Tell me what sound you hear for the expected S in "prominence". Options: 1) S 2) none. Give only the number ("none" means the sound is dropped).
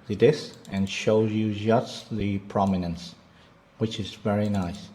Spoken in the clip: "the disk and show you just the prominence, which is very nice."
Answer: 1